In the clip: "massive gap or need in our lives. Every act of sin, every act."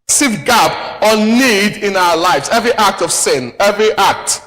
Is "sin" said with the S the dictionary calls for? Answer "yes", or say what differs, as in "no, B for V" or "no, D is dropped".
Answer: yes